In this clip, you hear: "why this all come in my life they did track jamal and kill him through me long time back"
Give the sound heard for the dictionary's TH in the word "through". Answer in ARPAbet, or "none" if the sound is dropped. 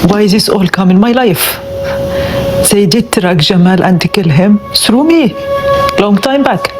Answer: S